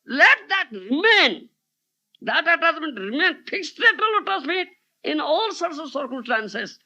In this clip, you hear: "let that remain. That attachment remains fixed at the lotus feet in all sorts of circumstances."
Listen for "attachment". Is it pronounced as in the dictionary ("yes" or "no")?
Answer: no